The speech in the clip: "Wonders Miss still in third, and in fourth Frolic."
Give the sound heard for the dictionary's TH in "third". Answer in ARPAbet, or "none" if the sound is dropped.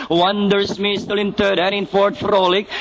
T